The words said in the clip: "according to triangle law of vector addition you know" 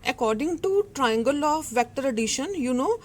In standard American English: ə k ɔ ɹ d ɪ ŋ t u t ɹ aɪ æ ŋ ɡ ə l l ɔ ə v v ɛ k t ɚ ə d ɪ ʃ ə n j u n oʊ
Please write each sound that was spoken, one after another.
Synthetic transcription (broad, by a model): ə k ɔ ɹ d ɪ ŋ t u t ɹ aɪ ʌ ŋ ɡ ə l l ɔ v v ɛ k t ɚ ə d ɪ ʃ ə n j u n oʊ